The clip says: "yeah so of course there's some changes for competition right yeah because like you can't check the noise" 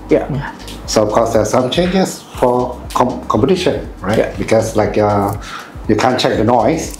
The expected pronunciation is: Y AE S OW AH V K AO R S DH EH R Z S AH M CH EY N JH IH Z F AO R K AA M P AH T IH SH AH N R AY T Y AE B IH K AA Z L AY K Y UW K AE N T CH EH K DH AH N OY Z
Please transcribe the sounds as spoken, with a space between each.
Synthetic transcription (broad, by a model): Y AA S OW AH F K AO S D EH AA S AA M CH EY N JH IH S F AO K K AA M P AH T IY SH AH N R AY T B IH K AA S L AY K Y UW K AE N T CH EH K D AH N OY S